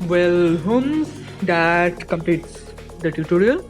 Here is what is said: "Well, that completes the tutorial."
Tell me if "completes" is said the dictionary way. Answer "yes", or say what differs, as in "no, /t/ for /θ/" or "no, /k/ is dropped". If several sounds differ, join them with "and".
yes